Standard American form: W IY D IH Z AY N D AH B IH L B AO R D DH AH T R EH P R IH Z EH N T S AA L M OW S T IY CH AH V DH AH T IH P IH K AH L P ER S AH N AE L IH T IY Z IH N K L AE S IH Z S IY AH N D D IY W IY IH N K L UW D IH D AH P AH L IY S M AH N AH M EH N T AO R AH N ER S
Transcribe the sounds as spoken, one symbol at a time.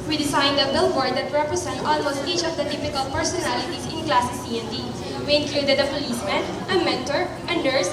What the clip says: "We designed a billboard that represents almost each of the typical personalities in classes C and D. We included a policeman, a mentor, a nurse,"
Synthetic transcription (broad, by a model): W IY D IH S AY N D AH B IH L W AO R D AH T R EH P R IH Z EH N T AA L M OW S T IY CH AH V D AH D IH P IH K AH L P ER S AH N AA L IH T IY S IH N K L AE S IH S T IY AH N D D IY W IY IH N K L UW D IH D AH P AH L IY S M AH N AH M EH N T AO R AH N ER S